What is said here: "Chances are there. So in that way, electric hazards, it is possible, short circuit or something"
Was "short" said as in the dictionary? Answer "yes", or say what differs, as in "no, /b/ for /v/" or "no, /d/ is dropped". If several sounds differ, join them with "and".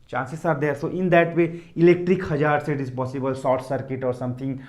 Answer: no, /s/ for /ʃ/